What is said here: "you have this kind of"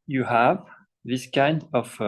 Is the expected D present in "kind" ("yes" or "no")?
yes